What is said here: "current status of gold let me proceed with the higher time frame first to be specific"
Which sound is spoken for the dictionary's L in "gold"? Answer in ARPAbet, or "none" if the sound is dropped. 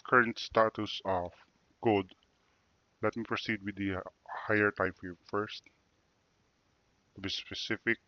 none